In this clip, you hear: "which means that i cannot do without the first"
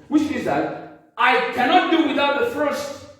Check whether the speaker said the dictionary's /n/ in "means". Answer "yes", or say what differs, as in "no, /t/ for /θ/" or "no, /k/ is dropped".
no, /n/ is dropped